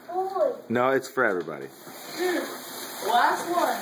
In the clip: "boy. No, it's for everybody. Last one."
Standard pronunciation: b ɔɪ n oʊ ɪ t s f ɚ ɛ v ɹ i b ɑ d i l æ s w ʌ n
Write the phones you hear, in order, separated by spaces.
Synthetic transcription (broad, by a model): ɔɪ n oʊ ɪ t s f ɚ ɛ v ɹ i b ɑ d i w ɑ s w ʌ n